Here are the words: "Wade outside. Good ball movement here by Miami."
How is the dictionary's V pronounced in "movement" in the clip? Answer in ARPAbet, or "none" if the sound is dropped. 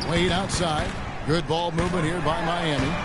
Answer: V